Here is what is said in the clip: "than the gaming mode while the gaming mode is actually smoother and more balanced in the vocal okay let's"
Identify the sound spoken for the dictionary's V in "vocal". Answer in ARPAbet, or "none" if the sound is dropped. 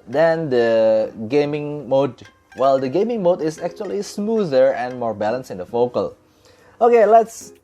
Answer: F